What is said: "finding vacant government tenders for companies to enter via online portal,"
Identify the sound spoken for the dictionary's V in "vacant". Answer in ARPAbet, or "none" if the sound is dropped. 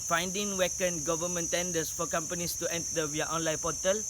W